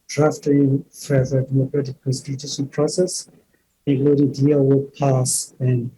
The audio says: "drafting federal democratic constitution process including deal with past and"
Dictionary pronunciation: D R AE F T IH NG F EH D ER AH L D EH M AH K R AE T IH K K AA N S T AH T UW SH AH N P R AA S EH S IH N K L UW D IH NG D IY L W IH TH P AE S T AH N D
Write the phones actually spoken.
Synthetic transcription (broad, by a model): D R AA F T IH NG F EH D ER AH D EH M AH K R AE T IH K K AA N S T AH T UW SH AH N P R AA S EH S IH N K L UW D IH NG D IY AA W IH P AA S AH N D